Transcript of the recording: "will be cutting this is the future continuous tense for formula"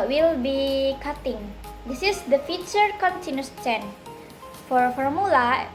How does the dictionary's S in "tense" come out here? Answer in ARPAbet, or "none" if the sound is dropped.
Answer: none